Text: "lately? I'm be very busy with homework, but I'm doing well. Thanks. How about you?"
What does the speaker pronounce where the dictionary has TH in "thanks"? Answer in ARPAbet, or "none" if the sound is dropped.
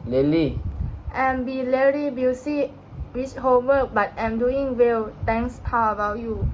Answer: T